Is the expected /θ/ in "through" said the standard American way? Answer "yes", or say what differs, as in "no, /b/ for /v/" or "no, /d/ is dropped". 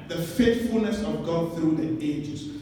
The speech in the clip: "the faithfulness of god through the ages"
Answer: yes